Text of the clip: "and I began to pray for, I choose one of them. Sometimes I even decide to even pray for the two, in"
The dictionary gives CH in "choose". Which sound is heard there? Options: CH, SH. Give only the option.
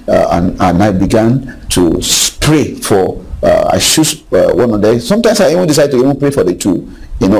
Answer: SH